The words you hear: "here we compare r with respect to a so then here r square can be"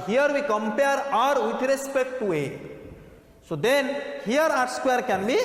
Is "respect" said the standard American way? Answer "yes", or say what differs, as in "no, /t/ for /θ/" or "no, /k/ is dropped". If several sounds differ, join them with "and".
yes